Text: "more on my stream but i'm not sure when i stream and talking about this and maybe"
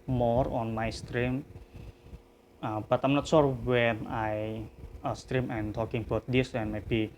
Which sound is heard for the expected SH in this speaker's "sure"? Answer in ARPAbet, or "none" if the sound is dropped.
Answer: S